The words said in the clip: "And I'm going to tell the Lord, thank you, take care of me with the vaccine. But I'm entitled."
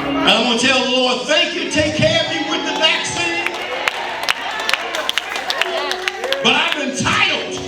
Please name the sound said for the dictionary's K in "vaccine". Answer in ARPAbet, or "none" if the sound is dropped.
K